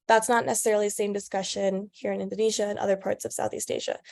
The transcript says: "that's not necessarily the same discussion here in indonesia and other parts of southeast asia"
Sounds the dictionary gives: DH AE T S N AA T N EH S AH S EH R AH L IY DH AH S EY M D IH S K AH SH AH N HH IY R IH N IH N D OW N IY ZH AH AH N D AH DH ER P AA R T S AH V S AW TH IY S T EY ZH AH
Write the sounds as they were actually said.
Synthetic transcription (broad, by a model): DH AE T S N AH T N EH S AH S EH R L IY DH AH S EY M D IH S K AH SH AH N HH IY R IH N IH N D OW N IY ZH AH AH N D AH DH ER P AA R T S AH V S AW TH IY S T EY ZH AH